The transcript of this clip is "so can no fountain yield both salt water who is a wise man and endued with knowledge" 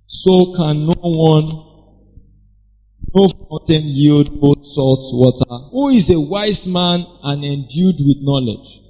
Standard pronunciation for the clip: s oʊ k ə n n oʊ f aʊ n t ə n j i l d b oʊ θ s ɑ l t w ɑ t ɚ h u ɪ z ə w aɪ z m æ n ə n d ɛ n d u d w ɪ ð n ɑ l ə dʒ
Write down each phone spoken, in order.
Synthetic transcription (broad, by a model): s oʊ k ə n n oʊ f aʊ n t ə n j i l d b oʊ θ s ɑ l t w ɑ t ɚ h u ɪ z ə w aɪ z m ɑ n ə n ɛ n d u d w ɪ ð n ɑ l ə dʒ